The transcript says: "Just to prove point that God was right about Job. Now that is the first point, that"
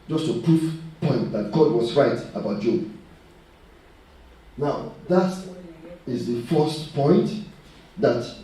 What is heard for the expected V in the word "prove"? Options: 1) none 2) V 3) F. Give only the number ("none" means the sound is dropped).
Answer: 3